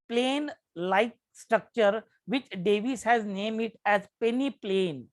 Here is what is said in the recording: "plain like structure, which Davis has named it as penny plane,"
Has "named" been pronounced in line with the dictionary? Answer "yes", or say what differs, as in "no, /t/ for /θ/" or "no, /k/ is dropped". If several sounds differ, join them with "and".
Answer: no, /d/ is dropped